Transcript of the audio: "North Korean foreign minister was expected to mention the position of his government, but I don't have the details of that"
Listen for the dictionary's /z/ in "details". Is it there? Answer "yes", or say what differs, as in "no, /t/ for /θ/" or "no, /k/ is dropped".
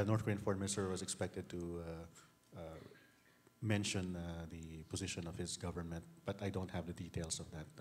no, /s/ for /z/